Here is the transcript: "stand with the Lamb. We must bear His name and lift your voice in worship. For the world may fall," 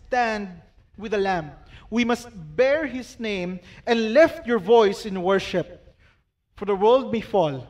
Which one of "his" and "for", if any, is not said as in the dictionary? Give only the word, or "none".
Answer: his